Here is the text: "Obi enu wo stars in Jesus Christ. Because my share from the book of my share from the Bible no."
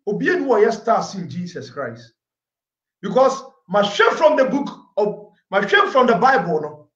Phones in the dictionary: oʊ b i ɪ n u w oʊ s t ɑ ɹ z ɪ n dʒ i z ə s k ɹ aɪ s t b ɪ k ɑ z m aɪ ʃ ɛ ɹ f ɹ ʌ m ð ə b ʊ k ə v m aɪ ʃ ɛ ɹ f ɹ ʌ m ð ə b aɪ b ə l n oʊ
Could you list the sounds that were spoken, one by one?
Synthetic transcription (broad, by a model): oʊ b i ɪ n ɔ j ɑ s t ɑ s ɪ l dʒ i s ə s k ɹ aɪ s t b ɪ k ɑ s m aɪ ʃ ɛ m f ɹ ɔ m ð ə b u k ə m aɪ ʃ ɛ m f ɹ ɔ m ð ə b aɪ b ə l n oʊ